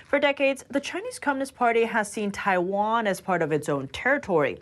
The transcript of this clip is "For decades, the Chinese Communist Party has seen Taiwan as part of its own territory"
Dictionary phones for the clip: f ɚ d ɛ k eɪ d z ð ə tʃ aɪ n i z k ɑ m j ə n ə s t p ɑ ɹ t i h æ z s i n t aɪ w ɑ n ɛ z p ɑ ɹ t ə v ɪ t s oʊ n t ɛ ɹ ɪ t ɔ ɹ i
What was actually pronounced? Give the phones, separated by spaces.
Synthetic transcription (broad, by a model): f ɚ d ɛ k eɪ d z ð ə tʃ aɪ n i z k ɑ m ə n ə s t p ɑ ɹ t i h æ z s i n t aɪ w ɑ n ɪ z p ɑ ɹ t ə v ɪ t s oʊ n t ɛ ɹ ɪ t ɔ ɹ i